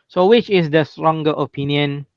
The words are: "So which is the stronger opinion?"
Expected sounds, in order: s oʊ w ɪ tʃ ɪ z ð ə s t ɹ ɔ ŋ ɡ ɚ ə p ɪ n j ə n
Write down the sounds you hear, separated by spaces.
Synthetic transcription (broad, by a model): s oʊ w ɪ tʃ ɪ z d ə s t ɹ ɔ ŋ ɡ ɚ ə p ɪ n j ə n